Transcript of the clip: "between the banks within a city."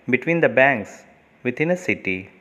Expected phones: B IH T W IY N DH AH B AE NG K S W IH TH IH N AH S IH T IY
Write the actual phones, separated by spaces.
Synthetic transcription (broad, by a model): B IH T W IY N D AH B AE NG K S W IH T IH N AH S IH T IY